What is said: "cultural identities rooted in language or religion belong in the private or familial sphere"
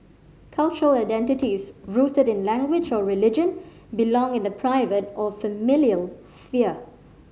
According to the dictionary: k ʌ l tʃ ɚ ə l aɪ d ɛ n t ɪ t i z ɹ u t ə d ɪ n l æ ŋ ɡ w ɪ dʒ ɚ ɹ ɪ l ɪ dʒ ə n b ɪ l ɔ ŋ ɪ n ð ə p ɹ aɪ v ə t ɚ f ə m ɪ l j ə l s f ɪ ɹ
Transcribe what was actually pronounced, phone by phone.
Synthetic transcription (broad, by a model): k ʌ l tʃ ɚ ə l aɪ d ɛ n t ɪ t i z ɹ u t ə d ɪ n l æ ŋ ɡ w ɪ dʒ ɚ ɹ ɪ l ɪ dʒ ə n b ɪ l ɔ ŋ ɪ n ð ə p ɹ aɪ v ə t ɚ f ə m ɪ l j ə l s f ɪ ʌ